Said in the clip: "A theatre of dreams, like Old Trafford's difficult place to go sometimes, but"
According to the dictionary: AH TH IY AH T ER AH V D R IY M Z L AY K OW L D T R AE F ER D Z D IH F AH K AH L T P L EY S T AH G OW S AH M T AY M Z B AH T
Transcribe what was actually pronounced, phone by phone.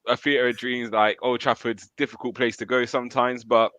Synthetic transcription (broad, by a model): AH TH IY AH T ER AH D R IY M Z L AY K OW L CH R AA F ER D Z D IH F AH K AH L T P L EY S T AH G OW S AH M T AY M Z B AH T